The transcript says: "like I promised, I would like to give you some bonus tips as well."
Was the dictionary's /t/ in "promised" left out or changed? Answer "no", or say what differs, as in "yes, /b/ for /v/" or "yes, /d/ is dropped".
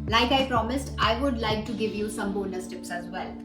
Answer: no